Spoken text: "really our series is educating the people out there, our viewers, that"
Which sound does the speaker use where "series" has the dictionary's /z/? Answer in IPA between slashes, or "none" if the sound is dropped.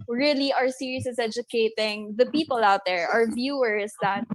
/s/